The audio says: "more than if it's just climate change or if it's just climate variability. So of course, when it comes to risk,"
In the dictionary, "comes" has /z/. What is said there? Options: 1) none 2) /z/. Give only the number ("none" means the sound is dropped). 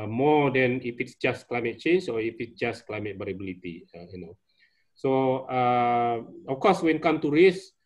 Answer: 1